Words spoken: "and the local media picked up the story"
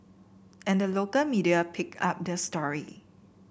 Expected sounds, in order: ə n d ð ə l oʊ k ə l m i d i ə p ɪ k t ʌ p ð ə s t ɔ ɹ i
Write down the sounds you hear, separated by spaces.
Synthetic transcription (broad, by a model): ə n d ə l oʊ k ə l m i d i ə p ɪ k ɑ p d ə s t ɔ ɹ i